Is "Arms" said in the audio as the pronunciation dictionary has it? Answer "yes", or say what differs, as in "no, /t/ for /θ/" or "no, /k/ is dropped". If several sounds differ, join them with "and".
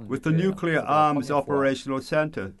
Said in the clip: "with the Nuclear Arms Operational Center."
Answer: yes